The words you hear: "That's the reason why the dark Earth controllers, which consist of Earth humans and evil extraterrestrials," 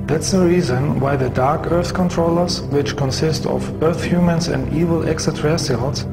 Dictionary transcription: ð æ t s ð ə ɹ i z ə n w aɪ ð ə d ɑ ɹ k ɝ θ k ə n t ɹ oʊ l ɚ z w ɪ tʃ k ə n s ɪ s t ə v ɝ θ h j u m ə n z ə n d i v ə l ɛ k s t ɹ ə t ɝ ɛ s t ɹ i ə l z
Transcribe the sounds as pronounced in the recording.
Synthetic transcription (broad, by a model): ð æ t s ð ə ɹ i z ə n w aɪ ð ə d ɑ ɹ k ɝ θ k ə n t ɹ oʊ l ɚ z w ɪ tʃ k ə n s ɪ s t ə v ɝ θ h j u m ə n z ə n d i v ə l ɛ k s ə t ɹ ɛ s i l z